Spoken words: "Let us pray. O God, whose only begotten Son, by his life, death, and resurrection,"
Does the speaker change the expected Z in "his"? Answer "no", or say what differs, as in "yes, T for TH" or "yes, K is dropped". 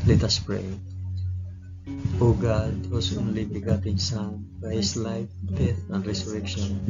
yes, S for Z